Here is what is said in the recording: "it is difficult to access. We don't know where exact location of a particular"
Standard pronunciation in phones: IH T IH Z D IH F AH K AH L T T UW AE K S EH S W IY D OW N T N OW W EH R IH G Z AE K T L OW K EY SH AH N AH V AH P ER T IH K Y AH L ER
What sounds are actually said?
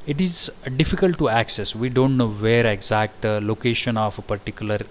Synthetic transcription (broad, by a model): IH T IH Z D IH F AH K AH L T T UW AE K S EH S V IY D OW N T N OW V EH R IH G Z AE K T L OW K EY SH AH N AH P AH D T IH K Y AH L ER